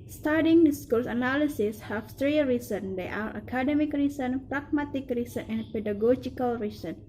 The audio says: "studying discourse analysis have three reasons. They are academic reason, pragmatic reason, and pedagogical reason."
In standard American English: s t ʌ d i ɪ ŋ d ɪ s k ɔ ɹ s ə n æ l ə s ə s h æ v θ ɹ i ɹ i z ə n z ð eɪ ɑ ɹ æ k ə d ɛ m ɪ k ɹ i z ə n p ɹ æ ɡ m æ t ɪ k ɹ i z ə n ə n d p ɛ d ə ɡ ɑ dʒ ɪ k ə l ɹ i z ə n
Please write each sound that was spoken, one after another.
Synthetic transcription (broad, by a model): s t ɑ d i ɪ ŋ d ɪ s k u l s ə n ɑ l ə s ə s h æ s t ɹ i ɹ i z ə n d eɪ ɑ ɹ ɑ k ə d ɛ m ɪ k ɹ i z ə n p ɹ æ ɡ m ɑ t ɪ k ɹ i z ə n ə n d p ɛ d ə ɡ ɑ dʒ ɪ k ə l ɹ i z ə n